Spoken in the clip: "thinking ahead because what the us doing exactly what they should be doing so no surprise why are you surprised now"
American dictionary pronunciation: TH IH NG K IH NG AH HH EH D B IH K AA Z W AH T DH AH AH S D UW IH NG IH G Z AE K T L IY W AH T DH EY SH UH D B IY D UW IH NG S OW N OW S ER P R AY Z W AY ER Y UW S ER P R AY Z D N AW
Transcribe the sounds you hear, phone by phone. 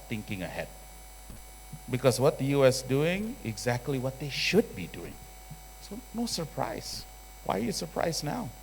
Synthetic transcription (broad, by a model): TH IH NG K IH NG AH HH EH D B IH K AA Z W AH T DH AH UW S D UW IH NG IH G Z AE K T L IY W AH T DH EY SH UH D B IY D UW IH NG S OW N OW S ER P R AY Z W AY ER Y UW S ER P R AY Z N AW